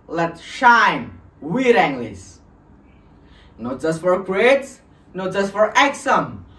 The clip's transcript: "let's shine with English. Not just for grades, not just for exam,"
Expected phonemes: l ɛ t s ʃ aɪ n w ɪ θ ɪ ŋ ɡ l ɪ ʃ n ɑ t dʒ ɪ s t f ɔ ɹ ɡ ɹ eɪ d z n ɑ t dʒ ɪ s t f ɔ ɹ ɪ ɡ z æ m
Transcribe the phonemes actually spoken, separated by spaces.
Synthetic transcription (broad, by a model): l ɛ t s ʃ aɪ n w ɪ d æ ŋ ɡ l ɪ s n ɑ t dʒ ɪ s t f ɔ ɹ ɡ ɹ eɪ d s n ɑ t dʒ ɪ s t f ɔ ɹ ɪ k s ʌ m